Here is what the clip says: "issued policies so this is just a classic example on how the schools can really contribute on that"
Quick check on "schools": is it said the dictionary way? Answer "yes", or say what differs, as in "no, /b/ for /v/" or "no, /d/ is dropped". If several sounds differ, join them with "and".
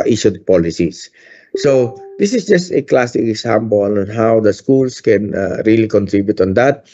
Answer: no, /s/ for /z/